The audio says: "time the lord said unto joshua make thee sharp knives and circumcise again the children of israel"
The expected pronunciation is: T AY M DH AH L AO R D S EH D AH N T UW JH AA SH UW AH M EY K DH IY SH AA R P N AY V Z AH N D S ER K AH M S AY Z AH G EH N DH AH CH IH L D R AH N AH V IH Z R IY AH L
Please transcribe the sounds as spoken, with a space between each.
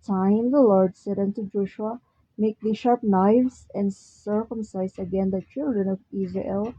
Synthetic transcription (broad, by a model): T AY M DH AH L AO R D S EH D AH N T UW JH AA SH UW AH M EY K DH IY SH AA R P N AY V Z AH N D S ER K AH M S AY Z AH G EH N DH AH CH IH L D R AH N AH V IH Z R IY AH L